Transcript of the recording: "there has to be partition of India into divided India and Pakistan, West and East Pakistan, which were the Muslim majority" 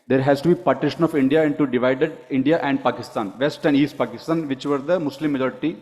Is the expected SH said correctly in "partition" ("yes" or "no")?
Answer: yes